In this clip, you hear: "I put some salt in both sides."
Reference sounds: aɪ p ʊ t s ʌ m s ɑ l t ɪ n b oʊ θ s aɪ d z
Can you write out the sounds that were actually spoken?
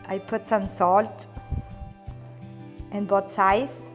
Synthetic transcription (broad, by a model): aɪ p ʊ t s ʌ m s ɑ l t ɪ n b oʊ t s aɪ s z